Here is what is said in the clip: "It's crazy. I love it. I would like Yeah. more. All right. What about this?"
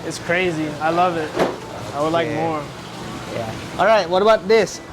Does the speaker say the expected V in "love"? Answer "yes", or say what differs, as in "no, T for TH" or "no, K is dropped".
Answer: yes